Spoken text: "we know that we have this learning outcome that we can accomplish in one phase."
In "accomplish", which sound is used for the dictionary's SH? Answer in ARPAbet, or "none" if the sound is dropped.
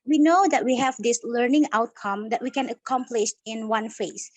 SH